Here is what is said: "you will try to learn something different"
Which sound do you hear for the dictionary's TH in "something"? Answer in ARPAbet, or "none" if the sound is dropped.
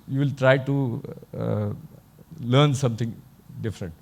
T